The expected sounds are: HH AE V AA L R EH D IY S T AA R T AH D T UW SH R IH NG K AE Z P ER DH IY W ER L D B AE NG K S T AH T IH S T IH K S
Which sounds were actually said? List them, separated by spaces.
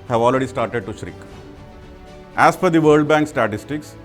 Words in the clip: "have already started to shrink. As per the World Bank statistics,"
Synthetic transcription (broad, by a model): HH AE V AA L R EH D IY S T AA R T AH D T UW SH R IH K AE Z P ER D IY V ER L D B AE NG K S T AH T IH S T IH K S